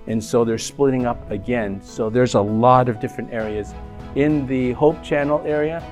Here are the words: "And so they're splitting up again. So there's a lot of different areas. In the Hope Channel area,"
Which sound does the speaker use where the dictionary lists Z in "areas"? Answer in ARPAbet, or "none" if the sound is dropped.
Z